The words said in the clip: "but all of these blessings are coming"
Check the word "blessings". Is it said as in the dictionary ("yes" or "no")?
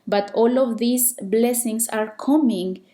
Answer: no